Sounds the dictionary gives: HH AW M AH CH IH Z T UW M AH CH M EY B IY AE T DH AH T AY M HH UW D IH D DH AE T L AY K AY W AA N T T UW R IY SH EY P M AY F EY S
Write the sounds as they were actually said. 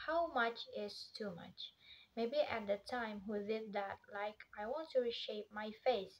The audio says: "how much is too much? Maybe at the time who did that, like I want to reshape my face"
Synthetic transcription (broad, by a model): HH AW M AH CH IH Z T UW M AH CH M EY B IY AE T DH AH T AY M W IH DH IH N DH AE T L AY K AY W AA N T T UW R IY SH EY P M AY F EY S